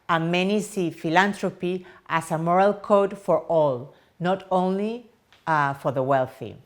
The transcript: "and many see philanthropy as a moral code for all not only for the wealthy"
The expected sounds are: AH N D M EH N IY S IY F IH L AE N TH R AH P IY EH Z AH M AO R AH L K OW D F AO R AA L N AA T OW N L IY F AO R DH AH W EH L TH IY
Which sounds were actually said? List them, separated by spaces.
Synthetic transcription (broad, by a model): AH M EH N IY S IY F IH L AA N T R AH P IY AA S AH M AO R AH L K OW D F AO R AA L N AA T OW N L IY F AO R DH AH W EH L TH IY